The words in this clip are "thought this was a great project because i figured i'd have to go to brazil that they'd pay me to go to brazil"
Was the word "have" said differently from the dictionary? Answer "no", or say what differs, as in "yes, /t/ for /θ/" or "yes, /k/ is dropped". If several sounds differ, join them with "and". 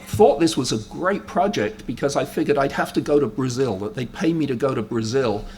yes, /f/ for /v/